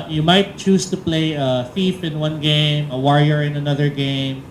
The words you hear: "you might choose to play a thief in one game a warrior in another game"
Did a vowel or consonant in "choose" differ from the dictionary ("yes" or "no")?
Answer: yes